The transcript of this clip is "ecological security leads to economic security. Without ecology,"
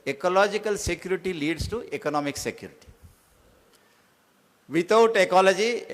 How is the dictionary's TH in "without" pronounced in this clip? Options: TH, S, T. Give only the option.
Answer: T